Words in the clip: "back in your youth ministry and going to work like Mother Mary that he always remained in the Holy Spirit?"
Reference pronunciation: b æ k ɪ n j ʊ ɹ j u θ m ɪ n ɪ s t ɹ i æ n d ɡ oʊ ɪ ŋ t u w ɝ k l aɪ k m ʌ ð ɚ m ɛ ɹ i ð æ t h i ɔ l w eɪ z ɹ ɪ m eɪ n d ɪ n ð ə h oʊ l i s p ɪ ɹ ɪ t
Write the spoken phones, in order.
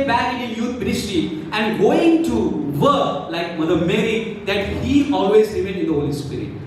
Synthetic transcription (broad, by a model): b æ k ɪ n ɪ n j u t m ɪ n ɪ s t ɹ i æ n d ɡ oʊ ɪ ŋ t u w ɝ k l aɪ k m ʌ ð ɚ m ɛ ɹ i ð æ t h i ɔ l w eɪ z l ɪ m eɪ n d ɪ n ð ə h oʊ l i s p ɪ ɹ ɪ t